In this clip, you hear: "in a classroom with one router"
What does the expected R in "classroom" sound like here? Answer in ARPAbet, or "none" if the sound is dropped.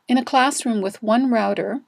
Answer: R